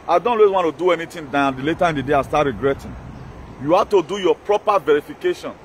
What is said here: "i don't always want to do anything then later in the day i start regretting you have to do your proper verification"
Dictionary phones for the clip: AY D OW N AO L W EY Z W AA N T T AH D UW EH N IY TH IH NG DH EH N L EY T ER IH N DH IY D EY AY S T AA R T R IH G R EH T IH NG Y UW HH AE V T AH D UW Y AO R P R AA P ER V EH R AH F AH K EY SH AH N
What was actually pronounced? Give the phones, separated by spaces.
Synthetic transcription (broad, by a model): AY D OW N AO W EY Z W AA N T T AH D UW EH N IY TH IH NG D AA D L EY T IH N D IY D EY AY S T AA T R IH G R EH T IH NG Y UW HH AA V T AH D UW Y AO P R AA P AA V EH R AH F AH K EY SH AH N